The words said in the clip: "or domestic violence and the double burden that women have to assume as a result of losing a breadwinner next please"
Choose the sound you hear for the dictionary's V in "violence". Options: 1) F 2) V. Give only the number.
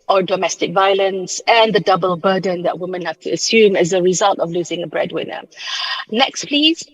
2